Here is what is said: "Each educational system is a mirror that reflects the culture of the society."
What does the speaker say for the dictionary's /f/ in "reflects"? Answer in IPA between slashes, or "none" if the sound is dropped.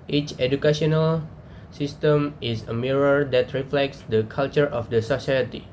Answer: /f/